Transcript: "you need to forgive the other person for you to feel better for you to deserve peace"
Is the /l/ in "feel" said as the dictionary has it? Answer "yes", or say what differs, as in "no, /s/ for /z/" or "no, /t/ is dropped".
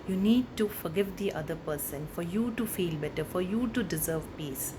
yes